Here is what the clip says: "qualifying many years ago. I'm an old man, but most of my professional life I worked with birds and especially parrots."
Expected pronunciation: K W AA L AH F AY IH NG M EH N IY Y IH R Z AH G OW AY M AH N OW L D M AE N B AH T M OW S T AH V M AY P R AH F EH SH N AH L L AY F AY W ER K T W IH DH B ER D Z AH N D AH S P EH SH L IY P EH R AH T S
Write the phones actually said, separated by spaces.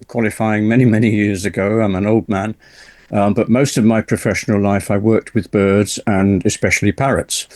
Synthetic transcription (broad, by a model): K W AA L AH F AY IH NG M EH N IY Y IH R Z AH G OW AY M AH N OW L D M AE N B AH T M OW S T AH V M AY P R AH F EH SH N L L AY F AY W ER K T W IH DH B ER D Z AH N AH S P EH SH L IY P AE R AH T S